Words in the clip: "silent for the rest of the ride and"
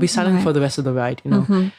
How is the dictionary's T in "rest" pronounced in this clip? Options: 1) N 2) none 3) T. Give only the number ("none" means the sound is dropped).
3